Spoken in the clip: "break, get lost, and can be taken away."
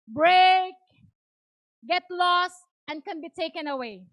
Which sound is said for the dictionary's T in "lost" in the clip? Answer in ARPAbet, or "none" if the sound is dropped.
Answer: T